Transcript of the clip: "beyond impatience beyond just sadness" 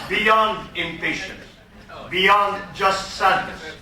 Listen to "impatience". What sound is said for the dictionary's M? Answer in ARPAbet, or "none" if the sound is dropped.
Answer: M